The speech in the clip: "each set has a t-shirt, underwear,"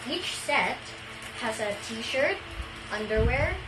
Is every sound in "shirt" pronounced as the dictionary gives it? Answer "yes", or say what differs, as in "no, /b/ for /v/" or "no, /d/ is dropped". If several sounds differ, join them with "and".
yes